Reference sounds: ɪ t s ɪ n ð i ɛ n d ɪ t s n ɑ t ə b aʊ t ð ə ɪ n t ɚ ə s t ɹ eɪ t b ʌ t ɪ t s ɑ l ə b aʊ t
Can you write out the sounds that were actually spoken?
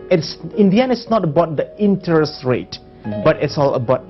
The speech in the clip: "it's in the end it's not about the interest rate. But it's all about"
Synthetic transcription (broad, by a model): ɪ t s ɪ n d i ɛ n ɪ t s n ɑ t ə b aʊ t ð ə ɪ n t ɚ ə s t ɹ eɪ t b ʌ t ɪ t s ɑ l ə b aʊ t